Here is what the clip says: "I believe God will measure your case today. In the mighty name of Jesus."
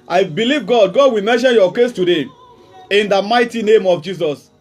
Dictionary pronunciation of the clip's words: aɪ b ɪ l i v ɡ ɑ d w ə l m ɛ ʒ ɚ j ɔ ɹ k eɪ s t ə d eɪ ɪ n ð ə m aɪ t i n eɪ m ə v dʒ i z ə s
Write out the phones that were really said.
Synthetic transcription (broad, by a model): aɪ b ɪ l i v ɡ ɑ d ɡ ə w m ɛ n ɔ j ɔ k eɪ s t ə d eɪ ɪ n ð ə m aɪ t i n eɪ m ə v dʒ i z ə s